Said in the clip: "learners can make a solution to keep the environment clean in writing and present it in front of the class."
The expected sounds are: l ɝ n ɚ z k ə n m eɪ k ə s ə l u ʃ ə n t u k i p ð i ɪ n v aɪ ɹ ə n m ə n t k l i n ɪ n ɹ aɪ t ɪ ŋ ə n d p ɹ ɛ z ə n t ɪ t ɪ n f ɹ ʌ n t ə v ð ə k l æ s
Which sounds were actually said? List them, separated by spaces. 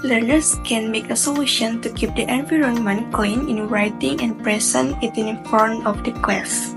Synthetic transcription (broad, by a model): l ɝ n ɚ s k ə n m eɪ k ə s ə l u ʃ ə n t u k i p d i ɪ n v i ɹ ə n m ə n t k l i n ɪ n ɹ aɪ t ɪ ŋ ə n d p ɹ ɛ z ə n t ɪ t ɪ n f ɔ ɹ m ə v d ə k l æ s